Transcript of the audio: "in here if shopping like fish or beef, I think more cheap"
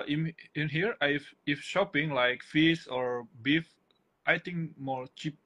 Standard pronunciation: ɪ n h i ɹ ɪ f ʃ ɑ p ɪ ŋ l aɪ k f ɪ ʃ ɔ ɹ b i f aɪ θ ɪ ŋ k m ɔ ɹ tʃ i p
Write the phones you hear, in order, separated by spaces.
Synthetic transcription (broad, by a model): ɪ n h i ɹ ɪ f ʃ ɑ p ɪ ŋ l aɪ k f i s ɔ ɹ b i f aɪ t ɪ ŋ k m ɔ ɹ tʃ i p